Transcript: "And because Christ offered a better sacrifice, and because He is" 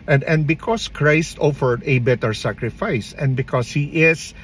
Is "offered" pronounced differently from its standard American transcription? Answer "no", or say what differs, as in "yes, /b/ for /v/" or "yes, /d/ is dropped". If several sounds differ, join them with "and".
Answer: no